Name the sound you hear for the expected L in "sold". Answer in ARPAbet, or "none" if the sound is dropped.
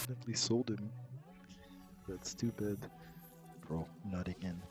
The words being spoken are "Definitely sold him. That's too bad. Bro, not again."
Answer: L